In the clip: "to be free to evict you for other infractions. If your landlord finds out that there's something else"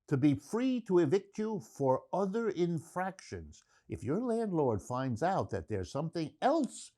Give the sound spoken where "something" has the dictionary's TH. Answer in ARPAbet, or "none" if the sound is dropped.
TH